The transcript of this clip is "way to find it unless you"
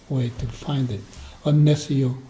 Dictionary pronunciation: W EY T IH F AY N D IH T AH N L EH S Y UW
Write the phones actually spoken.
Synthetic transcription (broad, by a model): W EY T IH F AY N D IH T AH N EH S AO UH